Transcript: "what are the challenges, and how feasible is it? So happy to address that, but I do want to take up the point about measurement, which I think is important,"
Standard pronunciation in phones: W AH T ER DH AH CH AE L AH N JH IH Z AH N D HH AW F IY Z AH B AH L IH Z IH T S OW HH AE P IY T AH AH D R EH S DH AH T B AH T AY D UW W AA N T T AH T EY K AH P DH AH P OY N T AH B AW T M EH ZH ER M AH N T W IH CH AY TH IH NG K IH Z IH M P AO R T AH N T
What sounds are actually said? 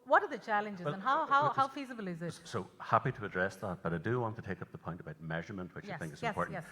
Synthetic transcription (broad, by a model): W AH T ER DH AH CH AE L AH N JH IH Z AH N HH HH AW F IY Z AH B L IH Z IH T S OW HH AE P IY T AH AH D R EH S DH AH T B AH T AY D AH W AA N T T AH T EY K AH P DH AH P OY N T AH B AW T M EH ZH ER M AH N T W IH CH AY TH IH NG K IH Z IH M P AO R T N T